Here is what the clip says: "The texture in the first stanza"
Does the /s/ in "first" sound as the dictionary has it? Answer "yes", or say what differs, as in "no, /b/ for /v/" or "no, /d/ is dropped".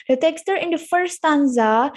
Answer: no, /s/ is dropped